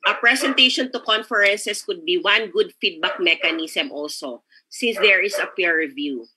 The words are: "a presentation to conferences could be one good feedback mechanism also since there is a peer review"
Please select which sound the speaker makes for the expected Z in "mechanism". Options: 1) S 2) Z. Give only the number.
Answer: 1